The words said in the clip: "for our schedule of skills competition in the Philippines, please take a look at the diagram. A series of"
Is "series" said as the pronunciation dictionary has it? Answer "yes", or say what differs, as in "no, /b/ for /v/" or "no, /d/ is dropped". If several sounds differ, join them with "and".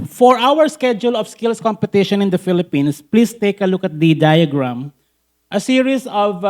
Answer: no, /s/ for /z/